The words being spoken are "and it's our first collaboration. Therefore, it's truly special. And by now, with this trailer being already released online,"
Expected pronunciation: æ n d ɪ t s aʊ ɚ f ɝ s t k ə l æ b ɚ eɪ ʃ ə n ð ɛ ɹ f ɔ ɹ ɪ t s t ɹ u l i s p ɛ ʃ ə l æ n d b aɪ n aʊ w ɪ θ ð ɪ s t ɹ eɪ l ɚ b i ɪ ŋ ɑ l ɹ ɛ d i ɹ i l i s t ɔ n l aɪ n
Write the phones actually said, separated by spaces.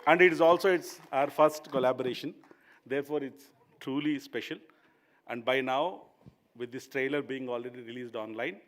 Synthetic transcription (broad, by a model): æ n d ɪ t s aʊ ɚ f ɝ s t k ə l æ b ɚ eɪ ʃ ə n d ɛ ɹ f ɔ ɹ ɪ t s t ɹ u l i s p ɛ ʃ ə l æ n d b aɪ n aʊ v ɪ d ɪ s t ɹ eɪ l ɚ b i ɪ ŋ ɑ l ɹ ɛ d i ɹ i l i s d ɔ n l aɪ n